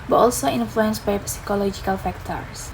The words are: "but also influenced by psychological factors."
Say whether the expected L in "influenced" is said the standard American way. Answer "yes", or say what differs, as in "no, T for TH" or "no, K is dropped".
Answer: yes